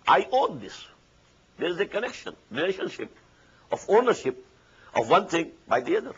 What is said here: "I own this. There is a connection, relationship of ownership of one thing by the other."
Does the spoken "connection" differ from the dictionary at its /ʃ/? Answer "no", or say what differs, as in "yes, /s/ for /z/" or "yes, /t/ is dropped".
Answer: no